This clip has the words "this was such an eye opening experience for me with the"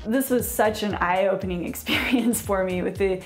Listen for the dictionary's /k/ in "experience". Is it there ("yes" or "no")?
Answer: yes